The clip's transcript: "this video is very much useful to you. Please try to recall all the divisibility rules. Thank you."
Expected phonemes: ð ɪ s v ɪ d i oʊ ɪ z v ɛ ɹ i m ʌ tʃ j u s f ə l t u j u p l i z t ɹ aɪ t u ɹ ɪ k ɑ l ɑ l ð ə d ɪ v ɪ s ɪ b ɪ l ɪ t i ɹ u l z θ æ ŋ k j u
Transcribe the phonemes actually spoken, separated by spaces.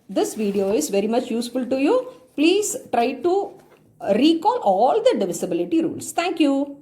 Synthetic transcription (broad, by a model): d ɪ s v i d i oʊ ɪ z v ɛ ɹ i m ʌ tʃ j u s f ə l t u j u p l i z t ɹ aɪ t u ɹ ɪ k ɑ l ɑ l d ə d ɪ v ɪ s ɪ b ɪ l ɪ t i ɹ u l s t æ ŋ k j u